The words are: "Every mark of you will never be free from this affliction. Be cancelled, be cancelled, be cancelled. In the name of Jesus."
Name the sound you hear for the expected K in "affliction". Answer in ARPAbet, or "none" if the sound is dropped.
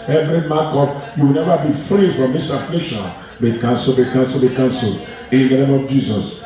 K